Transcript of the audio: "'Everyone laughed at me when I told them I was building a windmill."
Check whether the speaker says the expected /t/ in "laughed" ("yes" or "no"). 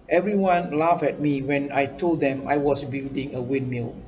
no